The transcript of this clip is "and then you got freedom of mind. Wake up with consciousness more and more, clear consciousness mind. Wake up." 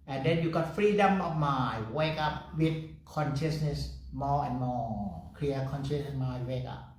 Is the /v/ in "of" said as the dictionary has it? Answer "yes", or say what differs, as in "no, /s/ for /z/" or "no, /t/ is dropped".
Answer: no, /f/ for /v/